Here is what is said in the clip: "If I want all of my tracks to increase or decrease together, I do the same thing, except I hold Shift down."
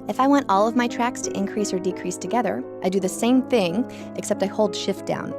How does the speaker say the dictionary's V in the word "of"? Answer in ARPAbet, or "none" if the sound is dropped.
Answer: V